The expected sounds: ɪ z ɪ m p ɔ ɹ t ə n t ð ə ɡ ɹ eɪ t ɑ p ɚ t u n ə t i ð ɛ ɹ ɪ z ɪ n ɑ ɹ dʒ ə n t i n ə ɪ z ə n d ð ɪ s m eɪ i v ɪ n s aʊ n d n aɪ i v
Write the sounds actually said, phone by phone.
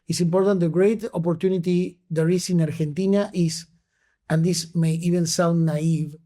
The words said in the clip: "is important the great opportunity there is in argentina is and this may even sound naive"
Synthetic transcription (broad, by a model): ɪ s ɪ m p ɔ ɹ t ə n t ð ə ɡ ɹ eɪ t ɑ p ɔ t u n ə t i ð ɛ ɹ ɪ s ɪ n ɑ ɹ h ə n t i n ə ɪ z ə n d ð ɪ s m eɪ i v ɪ n s aʊ n d n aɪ i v